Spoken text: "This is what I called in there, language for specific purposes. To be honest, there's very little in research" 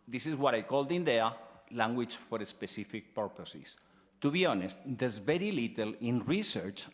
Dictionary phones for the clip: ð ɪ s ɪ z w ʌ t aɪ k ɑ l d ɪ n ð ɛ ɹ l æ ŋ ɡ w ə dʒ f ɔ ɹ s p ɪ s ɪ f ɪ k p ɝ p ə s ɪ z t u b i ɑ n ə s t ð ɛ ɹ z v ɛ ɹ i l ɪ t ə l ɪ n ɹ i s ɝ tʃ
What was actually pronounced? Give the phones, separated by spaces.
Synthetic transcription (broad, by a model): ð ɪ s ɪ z w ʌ t aɪ k ɑ l d ɪ n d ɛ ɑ l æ ŋ ɡ w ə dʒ f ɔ ɹ s p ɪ s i f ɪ k p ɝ p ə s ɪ s t u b i ɑ n ə s t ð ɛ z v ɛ ɹ i l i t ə l ɪ n ɹ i s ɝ tʃ